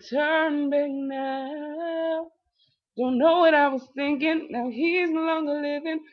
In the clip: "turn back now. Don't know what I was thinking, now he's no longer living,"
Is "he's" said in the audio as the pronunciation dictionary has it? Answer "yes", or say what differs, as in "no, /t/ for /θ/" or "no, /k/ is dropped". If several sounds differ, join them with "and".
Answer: yes